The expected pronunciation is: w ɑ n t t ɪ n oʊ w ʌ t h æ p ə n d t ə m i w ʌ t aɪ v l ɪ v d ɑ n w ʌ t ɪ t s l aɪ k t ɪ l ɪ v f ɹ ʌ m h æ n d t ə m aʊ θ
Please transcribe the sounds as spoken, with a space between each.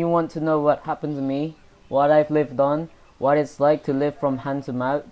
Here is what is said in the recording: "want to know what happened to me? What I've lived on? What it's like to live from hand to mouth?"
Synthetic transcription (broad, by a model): w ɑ n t t ɪ n oʊ w ʌ t h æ p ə n t ə m i w ʌ t aɪ v l ɪ v d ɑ n w ʌ t ɪ t s l aɪ k t ɪ l ɪ v f ɹ ʌ m h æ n t ə m aʊ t